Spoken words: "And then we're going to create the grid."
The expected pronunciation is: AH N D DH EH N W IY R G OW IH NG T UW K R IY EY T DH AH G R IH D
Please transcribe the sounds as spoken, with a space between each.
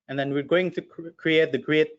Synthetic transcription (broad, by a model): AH N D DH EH N W IY R G OW IH NG T UW K R IY EY T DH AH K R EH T